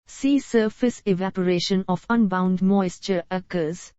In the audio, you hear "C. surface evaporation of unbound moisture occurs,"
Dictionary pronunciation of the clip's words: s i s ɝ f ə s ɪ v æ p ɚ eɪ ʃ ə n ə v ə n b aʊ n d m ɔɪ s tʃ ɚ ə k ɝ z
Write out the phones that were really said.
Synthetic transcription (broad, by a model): s i s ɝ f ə s ɪ v æ p ɚ eɪ ʃ ə n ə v ə n b aʊ n d m ɔɪ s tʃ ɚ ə k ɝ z